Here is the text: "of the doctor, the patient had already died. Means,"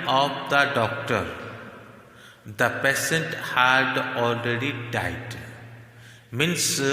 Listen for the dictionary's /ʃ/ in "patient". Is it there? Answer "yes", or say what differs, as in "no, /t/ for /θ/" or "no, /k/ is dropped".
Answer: no, /s/ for /ʃ/